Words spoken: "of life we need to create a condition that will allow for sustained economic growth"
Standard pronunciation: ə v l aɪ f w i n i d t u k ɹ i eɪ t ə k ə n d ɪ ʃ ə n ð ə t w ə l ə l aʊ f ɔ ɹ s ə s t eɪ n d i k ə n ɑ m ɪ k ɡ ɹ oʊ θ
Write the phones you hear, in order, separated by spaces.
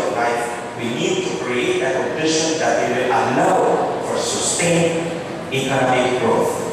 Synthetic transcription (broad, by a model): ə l aɪ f w i n i d t u k ɹ i eɪ t ə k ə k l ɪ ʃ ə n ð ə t w ə l ə l aʊ f ɔ ɹ s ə s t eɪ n i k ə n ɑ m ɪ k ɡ ɹ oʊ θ